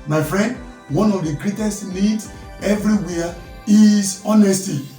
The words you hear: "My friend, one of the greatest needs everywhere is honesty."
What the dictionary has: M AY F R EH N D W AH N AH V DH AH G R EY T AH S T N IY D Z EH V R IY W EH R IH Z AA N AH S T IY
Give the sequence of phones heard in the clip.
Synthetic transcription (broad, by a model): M AY F R EH N D W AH N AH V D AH G R EY T AH S T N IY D EH V R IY W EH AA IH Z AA N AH S T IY